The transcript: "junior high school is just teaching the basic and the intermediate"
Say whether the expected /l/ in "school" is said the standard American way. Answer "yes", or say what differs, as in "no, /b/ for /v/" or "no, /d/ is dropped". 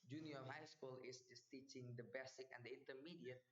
yes